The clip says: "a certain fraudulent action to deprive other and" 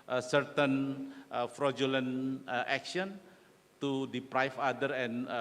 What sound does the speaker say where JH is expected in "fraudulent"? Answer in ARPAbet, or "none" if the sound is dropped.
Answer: JH